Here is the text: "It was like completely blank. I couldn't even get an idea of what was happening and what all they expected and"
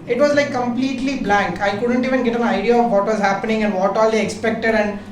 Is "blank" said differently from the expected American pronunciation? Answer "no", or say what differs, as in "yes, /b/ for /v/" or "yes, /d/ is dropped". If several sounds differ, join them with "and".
no